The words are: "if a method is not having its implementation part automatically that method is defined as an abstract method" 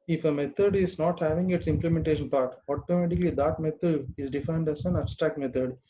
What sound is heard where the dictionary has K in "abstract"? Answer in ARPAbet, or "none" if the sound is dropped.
K